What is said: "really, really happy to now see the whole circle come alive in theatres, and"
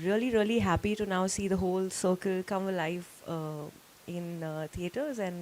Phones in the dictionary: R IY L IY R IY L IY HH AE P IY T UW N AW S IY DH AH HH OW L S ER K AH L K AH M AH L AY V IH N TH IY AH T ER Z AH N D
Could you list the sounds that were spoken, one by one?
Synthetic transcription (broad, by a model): R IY L IY R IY L IY HH AE P IY T UW N AW S IY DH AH HH OW L S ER K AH L K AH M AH L AY F IH N T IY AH T ER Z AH N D